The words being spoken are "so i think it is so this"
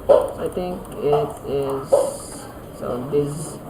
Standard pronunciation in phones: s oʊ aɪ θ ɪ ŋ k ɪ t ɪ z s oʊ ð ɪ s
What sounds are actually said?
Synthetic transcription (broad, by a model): aɪ t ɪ ŋ k ɪ t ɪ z s oʊ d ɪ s